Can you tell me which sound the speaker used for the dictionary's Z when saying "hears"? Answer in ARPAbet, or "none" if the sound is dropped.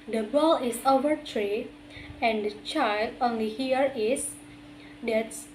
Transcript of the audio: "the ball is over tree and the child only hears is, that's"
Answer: none